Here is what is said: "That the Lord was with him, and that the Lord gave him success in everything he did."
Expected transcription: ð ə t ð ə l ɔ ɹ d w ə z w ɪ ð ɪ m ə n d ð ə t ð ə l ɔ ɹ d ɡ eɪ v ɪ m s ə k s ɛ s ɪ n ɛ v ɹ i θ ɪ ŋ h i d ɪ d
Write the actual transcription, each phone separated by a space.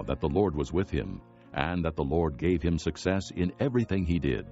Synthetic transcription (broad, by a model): ð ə t ð ə l ɔ ɹ d w ə z w ɪ ð ɪ m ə n ð ə t ð ə l ɔ ɹ d ɡ eɪ v ɪ m s ə k s ɛ s ɪ n ɛ v ɹ i θ ɪ ŋ i d ɪ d